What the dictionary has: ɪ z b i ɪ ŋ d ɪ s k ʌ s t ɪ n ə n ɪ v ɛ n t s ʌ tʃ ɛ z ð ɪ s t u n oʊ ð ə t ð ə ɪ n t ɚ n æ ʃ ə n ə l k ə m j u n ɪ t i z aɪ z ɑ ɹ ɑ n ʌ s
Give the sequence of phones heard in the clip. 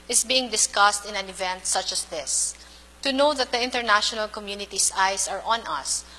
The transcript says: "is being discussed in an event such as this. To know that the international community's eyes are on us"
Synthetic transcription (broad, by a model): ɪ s b i ɪ ŋ d ɪ s k ʌ s t ɪ n ə n ɪ v ɛ n t s ʌ tʃ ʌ s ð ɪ s t u n oʊ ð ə t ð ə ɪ n t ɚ n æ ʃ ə n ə l k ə m j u n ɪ t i s aɪ s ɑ ɹ ɑ n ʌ s